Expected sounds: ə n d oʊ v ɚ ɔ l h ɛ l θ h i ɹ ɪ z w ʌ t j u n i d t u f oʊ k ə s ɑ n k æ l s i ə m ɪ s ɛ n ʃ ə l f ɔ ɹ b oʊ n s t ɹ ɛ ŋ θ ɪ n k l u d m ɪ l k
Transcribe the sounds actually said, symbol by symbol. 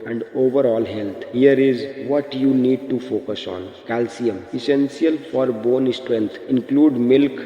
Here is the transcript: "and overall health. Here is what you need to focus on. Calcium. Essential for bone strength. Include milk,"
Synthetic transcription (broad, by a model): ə n d oʊ v ɚ ɔ l h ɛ l t h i ɹ ɪ z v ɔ t j u n i d t u f oʊ k ə s ɑ n k æ l s i ə m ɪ s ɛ n s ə l f ɔ ɹ b oʊ n s t ɹ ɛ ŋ t ɪ n k l u d m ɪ l k